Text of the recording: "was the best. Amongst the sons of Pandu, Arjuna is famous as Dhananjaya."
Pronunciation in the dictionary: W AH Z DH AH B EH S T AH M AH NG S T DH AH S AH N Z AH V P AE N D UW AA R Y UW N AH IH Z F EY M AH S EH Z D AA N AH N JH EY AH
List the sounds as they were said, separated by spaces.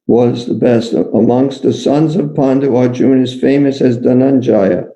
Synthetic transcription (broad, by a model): W AH Z DH AH B EH S T AH M AH NG S T DH AH S AH N Z AH V P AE N D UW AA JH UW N IH Z F EY M AH S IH Z D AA N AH N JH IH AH